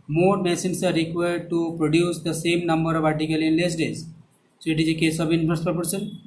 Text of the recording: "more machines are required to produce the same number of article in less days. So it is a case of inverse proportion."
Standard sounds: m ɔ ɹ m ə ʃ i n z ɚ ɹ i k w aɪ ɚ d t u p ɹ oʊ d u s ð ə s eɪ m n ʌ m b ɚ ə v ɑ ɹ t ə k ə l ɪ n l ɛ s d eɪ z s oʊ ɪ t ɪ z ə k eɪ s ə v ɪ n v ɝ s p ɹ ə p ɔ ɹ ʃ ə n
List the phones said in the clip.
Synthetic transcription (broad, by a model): m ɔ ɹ m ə s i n s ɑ ɹ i k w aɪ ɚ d t u p ɹ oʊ d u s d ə s eɪ m n ʌ m b ɚ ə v ɑ ɹ t ə k ə l ɪ n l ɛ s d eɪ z s oʊ ɪ t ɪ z ə k eɪ s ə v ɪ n f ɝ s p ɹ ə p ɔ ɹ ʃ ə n